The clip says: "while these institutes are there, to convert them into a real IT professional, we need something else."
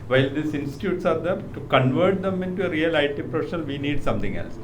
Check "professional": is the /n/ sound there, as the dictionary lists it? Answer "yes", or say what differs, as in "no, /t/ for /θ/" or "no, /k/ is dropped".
no, /n/ is dropped